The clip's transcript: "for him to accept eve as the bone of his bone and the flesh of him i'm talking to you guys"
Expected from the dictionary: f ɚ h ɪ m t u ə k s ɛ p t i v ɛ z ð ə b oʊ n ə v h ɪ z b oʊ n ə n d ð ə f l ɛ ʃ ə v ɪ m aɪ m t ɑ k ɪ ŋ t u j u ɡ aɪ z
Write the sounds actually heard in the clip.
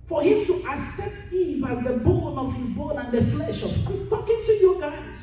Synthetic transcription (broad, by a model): f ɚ h ɪ m t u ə s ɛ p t i v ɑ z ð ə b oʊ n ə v h ɪ z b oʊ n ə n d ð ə f l ɛ ʃ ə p t ɑ k ɪ ŋ t u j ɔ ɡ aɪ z